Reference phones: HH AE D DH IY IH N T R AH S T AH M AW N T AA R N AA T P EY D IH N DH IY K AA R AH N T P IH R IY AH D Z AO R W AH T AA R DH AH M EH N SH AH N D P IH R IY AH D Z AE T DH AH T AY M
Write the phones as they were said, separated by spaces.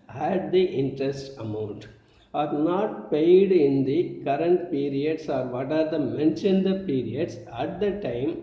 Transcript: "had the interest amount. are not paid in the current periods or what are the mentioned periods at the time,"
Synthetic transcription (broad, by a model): HH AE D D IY IH N T R AH S T AH M AW N T AA R N AA T P EY D IH N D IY K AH R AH N T P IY R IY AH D S AO R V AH T AA R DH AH M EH N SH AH N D P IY R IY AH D S AE T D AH T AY M